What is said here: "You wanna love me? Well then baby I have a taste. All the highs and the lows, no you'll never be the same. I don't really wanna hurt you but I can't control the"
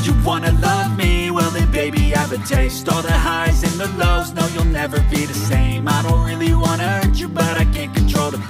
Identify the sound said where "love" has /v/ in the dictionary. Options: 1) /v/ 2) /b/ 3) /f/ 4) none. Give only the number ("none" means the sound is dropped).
1